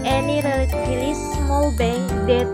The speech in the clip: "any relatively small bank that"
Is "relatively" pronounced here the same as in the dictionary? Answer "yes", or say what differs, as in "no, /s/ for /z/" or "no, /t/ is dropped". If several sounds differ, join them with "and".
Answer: no, /v/ is dropped